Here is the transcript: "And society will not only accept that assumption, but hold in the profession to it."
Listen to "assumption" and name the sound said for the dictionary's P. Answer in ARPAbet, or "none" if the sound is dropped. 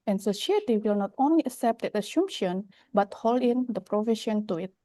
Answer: none